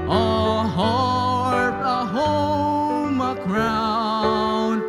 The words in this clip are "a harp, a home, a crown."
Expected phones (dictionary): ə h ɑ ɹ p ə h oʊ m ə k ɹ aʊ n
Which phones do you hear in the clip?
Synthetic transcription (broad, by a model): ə h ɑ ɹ ə h oʊ m ə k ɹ aʊ n